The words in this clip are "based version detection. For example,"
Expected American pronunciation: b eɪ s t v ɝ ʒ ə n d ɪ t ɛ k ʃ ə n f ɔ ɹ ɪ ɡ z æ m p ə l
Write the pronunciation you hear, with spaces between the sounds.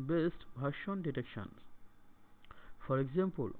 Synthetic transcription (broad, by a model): b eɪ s t b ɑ ʃ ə n d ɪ t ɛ k ʃ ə n f ɔ ɹ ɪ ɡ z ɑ m p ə l